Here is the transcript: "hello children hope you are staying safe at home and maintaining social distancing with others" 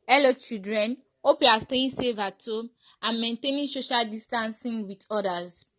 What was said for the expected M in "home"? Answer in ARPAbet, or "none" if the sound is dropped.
none